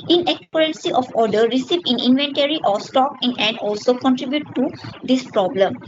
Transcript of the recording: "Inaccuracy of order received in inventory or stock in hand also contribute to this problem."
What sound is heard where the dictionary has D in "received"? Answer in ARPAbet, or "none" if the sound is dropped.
none